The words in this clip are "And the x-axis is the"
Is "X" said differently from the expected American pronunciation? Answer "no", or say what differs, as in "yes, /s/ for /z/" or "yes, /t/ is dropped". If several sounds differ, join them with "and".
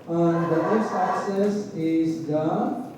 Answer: yes, /k/ is dropped